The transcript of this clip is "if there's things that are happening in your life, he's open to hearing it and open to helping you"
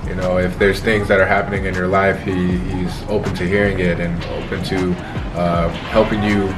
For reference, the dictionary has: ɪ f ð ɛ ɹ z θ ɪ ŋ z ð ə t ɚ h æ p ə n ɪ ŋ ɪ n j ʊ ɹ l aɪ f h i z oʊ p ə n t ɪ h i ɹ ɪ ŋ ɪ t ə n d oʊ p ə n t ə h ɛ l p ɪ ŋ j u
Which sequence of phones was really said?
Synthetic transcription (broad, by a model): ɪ f ð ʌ ɹ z θ ɪ ŋ z ð ə t ɚ h æ p ə n ɪ ŋ ɪ n j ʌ ɹ l aɪ f h i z oʊ p ə n t ɪ h i ɹ ɪ ŋ ɪ t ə n oʊ p ə n t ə h ɛ l p ɪ ŋ j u